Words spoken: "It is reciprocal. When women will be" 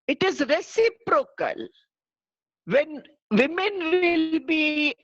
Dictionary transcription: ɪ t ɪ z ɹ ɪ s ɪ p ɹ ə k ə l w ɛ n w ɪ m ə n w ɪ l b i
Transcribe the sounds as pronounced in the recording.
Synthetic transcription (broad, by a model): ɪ t ɪ z ɹ ɪ s ɪ p ɹ ə k ə l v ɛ n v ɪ m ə n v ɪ l b i